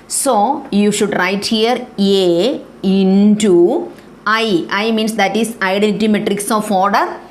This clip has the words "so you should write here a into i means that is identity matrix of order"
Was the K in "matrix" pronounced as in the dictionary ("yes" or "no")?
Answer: yes